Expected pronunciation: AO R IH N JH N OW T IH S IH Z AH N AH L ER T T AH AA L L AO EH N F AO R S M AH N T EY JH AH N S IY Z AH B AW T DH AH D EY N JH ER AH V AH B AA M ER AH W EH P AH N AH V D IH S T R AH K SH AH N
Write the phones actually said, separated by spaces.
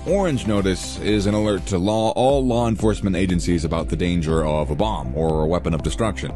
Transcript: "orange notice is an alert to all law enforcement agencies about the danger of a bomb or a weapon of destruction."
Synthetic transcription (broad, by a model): AO R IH N JH N OW T IH S IH Z AH N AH L ER T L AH AA L L AO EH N F AO R S M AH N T EY JH AH N S IY Z AH B AW T DH AH D EY N JH ER AH V AH B AA M ER AH W EH P AH N AH V D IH S T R AH K SH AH N